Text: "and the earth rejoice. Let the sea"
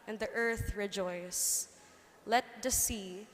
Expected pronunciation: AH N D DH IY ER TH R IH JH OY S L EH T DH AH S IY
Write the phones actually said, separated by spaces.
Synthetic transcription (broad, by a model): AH N DH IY ER TH R IH JH OY S L EH T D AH S IY